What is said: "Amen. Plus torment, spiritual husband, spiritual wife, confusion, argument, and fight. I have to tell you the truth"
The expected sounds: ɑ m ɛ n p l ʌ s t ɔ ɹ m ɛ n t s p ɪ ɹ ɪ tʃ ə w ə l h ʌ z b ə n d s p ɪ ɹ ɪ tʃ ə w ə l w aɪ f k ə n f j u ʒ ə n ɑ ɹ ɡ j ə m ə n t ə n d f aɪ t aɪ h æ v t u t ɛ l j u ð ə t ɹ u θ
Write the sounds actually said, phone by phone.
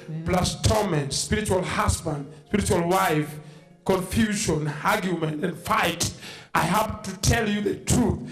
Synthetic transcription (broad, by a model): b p l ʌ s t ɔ m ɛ n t s p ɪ ɹ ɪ tʃ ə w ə l h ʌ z b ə n d s p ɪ ɹ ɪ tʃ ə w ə l w aɪ f k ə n f j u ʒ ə n ɑ ɹ ɡ j ə m ə n t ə n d f aɪ t aɪ h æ p t u t ɛ l j u ð ə t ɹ u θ